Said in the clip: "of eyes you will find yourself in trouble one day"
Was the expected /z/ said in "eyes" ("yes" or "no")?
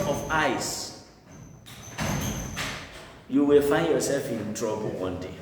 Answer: no